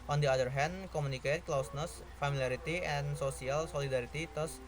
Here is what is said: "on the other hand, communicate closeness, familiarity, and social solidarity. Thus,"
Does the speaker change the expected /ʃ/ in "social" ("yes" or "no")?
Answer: yes